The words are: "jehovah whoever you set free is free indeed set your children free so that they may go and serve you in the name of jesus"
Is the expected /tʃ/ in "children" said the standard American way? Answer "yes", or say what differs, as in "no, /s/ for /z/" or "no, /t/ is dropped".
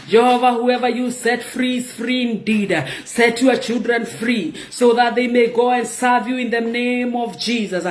yes